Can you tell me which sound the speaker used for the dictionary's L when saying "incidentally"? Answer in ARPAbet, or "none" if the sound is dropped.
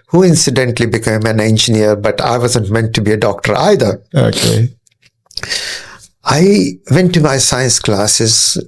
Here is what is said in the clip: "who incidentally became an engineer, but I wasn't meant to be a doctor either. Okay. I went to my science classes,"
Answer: L